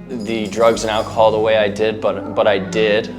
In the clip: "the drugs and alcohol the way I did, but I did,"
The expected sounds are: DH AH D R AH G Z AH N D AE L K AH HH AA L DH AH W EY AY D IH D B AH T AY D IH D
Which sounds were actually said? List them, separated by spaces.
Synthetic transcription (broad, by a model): DH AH D R AH G Z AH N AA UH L K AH HH AA L DH AH W EY AY D IH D B AH T AY D IH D